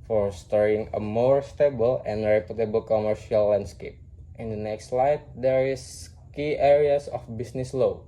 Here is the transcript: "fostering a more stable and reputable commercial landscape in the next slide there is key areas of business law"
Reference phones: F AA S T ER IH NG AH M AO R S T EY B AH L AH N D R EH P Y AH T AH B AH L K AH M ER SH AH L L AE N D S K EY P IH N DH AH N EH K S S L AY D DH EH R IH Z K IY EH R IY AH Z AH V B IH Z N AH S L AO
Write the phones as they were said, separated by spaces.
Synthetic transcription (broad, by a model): F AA S T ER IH NG AH M AO R S T EY B AH L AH N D R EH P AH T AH B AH L K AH M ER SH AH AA L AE N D S K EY P IH N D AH N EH K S S L AY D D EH R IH S K IY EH R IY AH S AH F B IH S N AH S L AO